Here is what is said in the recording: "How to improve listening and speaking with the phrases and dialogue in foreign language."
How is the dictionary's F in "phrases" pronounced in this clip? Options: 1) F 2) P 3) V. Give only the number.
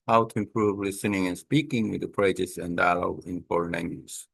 2